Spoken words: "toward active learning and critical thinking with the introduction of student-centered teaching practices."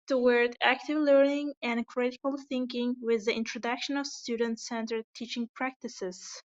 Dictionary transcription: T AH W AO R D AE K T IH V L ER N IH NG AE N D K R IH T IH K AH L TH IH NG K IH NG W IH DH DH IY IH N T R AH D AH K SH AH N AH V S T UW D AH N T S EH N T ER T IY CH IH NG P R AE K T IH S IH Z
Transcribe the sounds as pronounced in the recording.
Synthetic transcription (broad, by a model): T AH W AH R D AE K T IH V L ER N IH NG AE N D K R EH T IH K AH L TH IH NG K IH NG W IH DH DH IY IH N T R AH D AH K SH AH N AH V S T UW D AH N T S EH N T ER T IY CH IH NG P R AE K T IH S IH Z